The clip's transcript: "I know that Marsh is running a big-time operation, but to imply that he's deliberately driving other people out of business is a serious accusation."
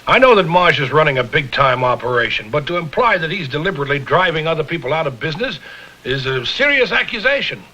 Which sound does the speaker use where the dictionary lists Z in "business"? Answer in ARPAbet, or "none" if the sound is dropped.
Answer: Z